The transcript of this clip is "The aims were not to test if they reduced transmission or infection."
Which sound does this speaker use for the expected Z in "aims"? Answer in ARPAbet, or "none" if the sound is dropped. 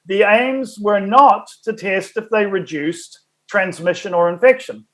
Z